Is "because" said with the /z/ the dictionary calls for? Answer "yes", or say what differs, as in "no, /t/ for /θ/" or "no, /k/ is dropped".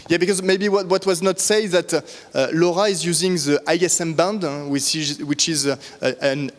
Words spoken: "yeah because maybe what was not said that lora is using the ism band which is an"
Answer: yes